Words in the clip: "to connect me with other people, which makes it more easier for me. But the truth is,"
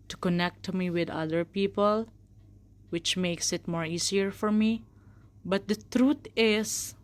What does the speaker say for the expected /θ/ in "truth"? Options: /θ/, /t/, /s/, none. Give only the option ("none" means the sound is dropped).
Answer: /t/